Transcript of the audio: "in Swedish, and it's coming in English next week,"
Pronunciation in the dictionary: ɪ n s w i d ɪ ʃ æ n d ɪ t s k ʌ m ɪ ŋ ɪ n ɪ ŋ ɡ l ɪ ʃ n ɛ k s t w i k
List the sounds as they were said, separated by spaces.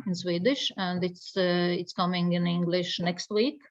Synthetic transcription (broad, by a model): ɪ n s w i d ɪ ʃ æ n d ɪ t s k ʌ m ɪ ŋ ɪ n ɪ ŋ ɡ l ɪ ʃ n ɛ k s t w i k